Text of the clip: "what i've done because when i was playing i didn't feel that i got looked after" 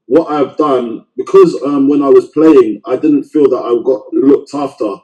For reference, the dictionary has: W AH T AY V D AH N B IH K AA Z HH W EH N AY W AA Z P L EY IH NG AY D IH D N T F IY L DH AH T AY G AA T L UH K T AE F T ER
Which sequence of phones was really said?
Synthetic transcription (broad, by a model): W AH T AY V D AH N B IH K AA Z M W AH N AY W AA Z P L EY IH NG AY D IH D N T F IY L DH AH T AY G AA T L UH K T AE F T ER